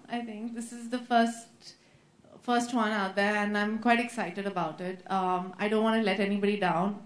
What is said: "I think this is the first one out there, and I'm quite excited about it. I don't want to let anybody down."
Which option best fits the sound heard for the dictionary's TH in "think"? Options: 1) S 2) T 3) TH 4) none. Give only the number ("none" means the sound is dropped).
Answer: 2